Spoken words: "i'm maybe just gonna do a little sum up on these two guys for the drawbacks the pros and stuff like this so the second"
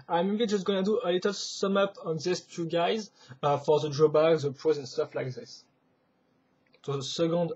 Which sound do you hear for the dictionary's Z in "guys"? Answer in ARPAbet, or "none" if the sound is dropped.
Z